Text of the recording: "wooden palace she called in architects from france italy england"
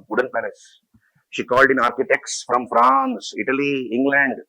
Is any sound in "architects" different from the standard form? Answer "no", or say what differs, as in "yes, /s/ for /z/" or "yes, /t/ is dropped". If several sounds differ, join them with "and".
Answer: no